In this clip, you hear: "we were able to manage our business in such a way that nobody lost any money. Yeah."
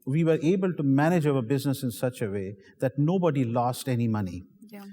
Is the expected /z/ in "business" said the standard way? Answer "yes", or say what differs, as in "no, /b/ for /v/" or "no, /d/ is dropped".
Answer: yes